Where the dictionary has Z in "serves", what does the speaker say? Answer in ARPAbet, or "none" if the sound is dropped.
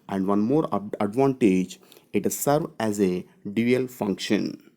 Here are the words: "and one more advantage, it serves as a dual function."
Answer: none